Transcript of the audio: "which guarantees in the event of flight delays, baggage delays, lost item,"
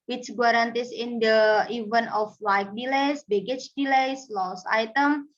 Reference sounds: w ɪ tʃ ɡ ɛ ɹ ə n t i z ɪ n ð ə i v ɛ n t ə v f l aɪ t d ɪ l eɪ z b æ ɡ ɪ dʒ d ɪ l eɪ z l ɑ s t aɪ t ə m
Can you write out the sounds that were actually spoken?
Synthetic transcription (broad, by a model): w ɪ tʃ ɡ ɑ ɹ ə n t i s ɪ n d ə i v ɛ n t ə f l aɪ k d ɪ l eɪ s b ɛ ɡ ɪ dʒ d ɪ l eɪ s l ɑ s aɪ t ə m